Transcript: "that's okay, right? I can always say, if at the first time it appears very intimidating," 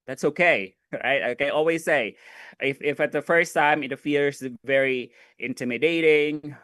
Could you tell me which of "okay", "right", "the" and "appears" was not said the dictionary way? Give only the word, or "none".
appears